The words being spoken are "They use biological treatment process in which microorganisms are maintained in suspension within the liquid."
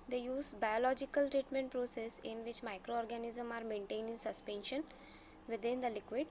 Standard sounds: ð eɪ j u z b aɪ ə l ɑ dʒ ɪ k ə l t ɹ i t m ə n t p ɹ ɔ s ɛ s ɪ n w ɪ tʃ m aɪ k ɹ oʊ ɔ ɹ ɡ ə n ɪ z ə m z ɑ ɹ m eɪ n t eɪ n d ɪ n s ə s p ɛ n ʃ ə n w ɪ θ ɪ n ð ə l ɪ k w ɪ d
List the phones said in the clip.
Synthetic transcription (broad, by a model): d eɪ j u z b aɪ ə l ɑ dʒ ɪ k ə l t ɹ i t m ə n t p ɹ ɔ s ɛ s ɪ n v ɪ tʃ m aɪ k ɹ oʊ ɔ ɹ ɡ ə n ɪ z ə m ɑ ɹ m eɪ n t eɪ n ɪ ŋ s ə s p ɛ n ʃ ə n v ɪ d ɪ n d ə l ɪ k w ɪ d